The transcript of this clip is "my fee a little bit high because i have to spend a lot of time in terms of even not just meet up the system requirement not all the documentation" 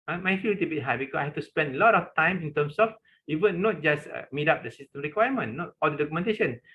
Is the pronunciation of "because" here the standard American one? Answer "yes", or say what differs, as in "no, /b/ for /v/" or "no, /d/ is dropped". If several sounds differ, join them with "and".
no, /s/ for /z/